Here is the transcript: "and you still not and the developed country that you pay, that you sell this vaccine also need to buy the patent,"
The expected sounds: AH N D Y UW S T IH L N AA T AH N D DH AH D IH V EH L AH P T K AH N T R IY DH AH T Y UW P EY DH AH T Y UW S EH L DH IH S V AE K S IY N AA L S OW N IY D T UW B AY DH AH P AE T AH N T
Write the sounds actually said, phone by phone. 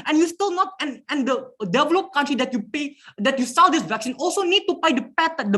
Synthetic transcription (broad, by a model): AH N Y UW S T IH L N AA T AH N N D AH D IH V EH L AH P K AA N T R IY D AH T Y UW P EY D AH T Y UW S EH L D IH S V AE K S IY N AA L S OW N IY D T UW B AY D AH P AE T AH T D